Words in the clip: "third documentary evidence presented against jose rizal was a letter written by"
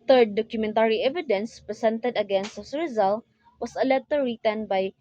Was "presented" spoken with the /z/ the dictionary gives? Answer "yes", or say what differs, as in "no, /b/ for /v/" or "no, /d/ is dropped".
no, /s/ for /z/